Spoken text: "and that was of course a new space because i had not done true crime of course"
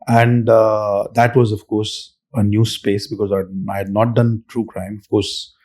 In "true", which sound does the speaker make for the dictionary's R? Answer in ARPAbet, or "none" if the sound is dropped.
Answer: R